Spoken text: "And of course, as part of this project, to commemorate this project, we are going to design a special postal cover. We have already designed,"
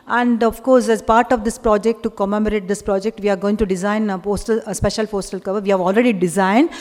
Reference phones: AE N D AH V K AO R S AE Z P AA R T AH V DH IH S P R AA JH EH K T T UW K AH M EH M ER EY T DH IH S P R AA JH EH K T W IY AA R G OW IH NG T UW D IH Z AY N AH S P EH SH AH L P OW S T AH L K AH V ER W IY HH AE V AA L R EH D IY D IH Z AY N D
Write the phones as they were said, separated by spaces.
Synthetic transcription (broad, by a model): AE N D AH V K AO R S AE Z P AA R T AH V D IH S P R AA JH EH K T T UW K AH M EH M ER EY T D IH S P R AA JH EH K T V IY AA R G OW IH NG T UW D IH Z AY N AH S P EH SH AH L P OW S T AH L K AH V ER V IY HH AE V AA L R EH D IY D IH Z AY N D